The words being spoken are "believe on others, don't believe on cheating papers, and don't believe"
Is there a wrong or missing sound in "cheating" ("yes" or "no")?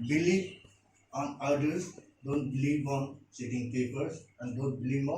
yes